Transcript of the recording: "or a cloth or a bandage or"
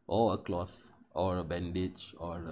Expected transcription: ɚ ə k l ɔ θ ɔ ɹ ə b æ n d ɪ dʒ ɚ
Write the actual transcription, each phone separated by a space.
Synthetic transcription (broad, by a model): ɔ ə k l ɔ θ ɔ ɹ ə b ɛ n d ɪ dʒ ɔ